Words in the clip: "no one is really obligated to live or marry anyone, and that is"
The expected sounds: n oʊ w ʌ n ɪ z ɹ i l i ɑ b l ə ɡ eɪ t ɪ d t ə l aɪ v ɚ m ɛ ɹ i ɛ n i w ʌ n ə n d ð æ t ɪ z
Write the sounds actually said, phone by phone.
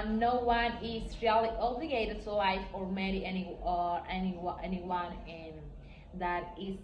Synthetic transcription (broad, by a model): n oʊ w ʌ n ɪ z ɹ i l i ɑ b l ə ɡ eɪ t ɪ d t ə l aɪ f ɚ m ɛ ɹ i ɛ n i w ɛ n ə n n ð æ t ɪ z